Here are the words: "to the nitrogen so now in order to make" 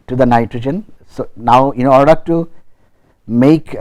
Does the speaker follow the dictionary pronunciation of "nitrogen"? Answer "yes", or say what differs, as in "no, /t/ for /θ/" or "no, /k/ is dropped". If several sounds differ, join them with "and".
yes